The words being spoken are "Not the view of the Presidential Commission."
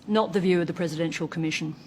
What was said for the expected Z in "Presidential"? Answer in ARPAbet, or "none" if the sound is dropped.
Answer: Z